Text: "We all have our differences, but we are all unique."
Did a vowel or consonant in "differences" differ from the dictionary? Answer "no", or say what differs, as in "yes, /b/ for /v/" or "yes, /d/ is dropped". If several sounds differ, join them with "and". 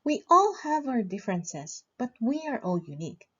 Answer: yes, /s/ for /z/